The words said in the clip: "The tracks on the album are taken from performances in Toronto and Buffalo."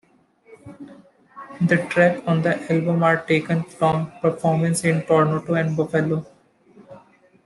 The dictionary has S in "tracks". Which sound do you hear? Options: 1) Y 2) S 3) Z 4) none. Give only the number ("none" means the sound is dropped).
4